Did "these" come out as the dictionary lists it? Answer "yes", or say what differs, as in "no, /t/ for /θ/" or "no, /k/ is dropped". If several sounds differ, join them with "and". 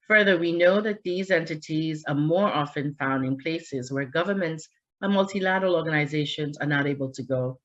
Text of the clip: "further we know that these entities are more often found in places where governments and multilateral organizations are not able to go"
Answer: yes